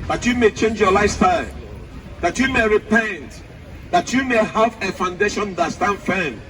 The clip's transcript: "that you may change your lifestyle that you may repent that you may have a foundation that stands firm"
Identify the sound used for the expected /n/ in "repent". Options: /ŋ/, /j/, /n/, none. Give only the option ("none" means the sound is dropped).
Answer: /n/